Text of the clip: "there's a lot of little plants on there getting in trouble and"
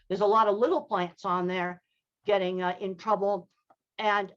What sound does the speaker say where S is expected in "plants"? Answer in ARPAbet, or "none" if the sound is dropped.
S